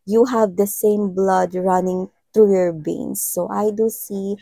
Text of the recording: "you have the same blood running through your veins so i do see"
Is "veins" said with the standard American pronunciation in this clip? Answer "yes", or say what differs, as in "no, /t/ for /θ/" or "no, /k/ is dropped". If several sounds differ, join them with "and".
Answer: no, /b/ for /v/